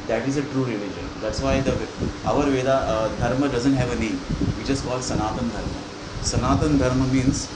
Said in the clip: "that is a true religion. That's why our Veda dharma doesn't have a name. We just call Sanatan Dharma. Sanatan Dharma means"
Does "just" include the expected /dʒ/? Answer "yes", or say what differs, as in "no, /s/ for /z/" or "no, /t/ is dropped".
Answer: no, /tʃ/ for /dʒ/